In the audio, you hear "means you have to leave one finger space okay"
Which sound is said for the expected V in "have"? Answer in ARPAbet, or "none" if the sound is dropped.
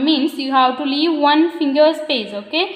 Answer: W